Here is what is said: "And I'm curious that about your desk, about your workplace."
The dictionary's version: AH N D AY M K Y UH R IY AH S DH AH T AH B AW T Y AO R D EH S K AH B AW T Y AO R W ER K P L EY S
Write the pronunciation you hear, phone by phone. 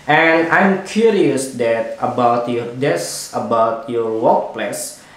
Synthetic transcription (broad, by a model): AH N AY M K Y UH R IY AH S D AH T AH B AW T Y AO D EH S AH B AW T Y AO R W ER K P L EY S